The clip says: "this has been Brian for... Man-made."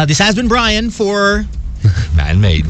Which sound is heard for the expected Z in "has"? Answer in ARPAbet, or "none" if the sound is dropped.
Z